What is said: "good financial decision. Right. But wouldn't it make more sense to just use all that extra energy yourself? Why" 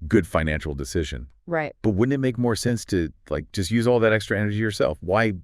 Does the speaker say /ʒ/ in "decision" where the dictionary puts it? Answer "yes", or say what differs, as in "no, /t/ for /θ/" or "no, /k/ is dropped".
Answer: yes